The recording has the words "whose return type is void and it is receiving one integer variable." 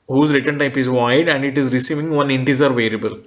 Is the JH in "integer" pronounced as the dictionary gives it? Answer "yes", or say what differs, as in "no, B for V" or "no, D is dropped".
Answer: no, Z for JH